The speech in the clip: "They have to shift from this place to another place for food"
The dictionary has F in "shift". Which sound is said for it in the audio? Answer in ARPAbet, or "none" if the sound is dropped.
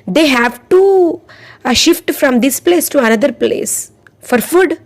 F